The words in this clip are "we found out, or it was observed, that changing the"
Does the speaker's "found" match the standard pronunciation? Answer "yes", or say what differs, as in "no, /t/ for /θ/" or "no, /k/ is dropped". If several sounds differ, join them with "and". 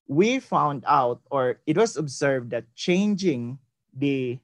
yes